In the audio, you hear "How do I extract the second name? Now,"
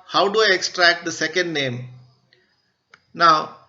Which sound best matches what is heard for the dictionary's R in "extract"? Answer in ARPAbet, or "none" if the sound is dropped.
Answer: R